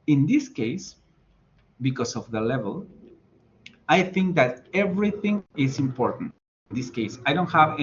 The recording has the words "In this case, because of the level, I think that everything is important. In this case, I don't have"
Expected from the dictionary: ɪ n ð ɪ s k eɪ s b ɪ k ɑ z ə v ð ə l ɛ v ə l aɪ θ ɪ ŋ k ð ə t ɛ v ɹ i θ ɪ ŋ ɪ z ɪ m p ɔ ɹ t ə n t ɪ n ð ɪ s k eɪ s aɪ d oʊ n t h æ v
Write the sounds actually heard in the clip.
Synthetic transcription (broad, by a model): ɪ n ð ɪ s k eɪ s b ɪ k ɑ s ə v ð ə l ɛ v ə l aɪ θ ɪ ŋ k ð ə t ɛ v ɹ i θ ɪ ŋ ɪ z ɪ m p ɔ ɹ t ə n t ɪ n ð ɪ s k eɪ s aɪ d oʊ n t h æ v